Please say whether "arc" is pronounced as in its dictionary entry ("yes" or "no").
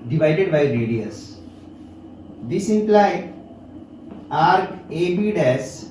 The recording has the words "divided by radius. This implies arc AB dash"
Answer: no